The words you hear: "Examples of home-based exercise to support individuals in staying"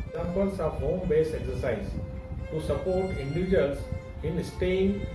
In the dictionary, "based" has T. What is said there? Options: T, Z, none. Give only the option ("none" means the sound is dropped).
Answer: none